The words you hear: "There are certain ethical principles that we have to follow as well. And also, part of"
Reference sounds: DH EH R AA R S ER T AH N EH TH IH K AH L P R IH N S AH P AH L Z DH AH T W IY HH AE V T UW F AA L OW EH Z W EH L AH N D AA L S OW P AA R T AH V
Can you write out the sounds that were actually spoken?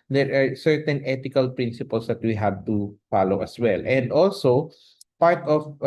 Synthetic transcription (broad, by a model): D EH R AA R S ER T AH N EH T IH K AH L P R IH N S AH P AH L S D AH T W IY HH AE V T UW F AA L OW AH S W EH L AH N D AA L S OW P AA R T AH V